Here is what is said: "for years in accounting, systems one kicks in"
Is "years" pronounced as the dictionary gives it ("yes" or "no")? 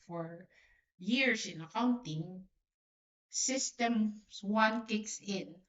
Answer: no